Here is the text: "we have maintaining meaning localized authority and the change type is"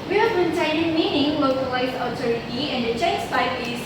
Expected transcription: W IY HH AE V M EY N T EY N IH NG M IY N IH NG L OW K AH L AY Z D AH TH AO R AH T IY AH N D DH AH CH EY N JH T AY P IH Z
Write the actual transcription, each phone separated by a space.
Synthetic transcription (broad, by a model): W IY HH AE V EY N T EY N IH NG M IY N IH NG L OW K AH L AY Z AH T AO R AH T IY AH N D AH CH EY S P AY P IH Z